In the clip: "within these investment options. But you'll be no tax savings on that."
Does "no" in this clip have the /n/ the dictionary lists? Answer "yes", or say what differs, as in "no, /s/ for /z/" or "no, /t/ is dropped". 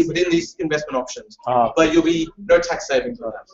yes